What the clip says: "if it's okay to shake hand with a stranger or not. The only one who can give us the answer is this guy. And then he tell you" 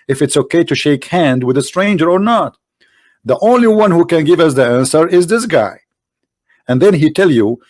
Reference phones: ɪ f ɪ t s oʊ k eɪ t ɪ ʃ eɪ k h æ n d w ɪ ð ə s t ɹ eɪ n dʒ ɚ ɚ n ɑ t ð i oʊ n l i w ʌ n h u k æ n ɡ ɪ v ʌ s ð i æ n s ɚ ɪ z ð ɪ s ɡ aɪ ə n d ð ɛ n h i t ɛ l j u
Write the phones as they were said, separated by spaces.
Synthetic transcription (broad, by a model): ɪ f ɪ t s oʊ k eɪ t ɪ ʃ eɪ k h æ n d w ɪ ð ə s t ɹ eɪ n dʒ ɚ ɚ n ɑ t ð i oʊ n l i w ʌ n h u k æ n ɡ ɪ v ʌ s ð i æ n s ɚ ɪ z ð ɪ s ɡ aɪ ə n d ð ɛ n h i t ɛ l j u